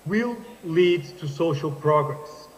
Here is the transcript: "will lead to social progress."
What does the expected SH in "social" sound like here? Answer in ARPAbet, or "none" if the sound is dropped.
SH